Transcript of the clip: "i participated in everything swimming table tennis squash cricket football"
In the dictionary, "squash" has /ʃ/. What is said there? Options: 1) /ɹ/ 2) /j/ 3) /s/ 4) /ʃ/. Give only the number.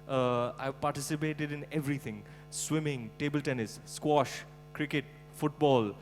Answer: 4